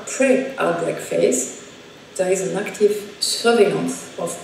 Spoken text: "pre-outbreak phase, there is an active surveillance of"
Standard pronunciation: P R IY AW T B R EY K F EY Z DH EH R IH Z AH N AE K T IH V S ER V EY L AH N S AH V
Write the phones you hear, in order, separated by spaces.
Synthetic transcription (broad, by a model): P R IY T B EY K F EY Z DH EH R IH Z AH N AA K T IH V S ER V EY AH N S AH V